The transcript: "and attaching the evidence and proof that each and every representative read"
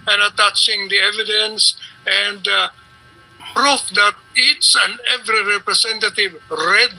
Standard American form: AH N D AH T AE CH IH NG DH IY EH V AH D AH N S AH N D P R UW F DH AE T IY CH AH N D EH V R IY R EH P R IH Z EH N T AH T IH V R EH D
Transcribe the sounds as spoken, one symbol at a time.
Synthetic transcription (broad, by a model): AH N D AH T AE CH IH NG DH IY EH V AH D AH N S AH N D P R UW F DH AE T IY S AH N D EH V R IY R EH P R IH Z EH N T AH T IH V R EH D